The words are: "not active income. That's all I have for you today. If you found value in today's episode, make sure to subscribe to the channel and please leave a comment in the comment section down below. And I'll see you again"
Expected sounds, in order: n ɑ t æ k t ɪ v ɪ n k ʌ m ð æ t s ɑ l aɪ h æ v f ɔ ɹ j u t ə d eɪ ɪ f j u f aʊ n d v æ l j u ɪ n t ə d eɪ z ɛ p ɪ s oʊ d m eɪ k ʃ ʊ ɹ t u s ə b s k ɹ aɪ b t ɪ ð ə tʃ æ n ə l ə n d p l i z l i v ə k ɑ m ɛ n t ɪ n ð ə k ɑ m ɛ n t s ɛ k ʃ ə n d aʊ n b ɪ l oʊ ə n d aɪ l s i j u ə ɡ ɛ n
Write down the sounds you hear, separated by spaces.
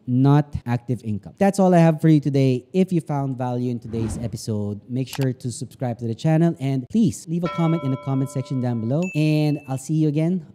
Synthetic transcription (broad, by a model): n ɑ t æ k t ɪ v ɪ n k ʌ m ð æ t s ɑ l aɪ h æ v f ɔ ɹ j u t ə d eɪ ɪ f j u f aʊ n d v æ l j u ɪ n t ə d eɪ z ɛ p ɪ s oʊ d m eɪ k ʃ ʊ ɹ t u s ə b s k ɹ aɪ b t ɪ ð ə tʃ æ n ə l ə n d p l i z l i v ə k ɑ m ɛ n t ɪ n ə k ɑ m ɛ n t s ɛ k ʃ ə n d aʊ n b ɪ l oʊ ə n d aɪ l s i j u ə ɡ ɛ n